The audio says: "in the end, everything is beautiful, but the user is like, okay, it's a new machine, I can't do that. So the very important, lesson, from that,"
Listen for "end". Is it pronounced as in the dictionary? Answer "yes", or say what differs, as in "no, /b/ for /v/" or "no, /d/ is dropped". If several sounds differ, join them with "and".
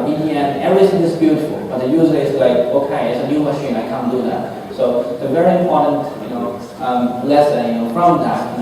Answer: no, /d/ is dropped